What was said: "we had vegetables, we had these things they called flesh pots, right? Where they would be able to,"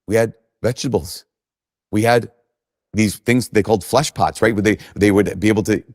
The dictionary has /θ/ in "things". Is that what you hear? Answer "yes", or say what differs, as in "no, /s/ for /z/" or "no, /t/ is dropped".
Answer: yes